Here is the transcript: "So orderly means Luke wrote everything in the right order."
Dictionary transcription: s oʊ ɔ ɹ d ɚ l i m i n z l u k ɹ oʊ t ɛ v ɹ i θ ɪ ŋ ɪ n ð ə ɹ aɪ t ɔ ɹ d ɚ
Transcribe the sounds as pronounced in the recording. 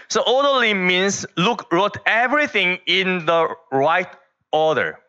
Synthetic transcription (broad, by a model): s oʊ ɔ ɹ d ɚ l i m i n s l u k ɹ oʊ t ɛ v ɹ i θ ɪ ŋ ɪ n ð ə ɹ aɪ t ɔ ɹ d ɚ